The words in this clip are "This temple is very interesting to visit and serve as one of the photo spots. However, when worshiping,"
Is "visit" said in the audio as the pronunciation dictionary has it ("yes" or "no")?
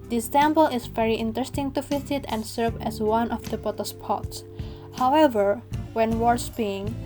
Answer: no